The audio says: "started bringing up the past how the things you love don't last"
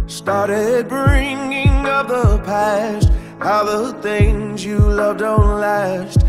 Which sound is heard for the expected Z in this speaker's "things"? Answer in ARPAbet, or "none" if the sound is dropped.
Z